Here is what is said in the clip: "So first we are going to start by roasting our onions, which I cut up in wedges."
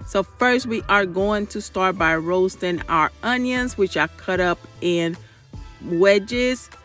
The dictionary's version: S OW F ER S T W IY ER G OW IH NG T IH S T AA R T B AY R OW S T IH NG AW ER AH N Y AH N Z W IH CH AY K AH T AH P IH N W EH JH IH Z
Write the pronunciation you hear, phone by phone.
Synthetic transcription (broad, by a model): S OW F ER S T W IY ER G OW IH NG T IH S T AA R T B AY R OW S T IH NG AW ER AH N Y AH N Z W IH CH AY K AH T AH P IH N W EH JH IH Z